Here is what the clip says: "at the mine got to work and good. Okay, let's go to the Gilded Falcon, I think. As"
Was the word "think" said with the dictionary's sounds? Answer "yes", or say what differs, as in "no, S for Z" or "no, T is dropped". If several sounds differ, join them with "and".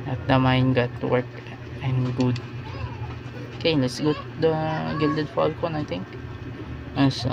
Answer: no, T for TH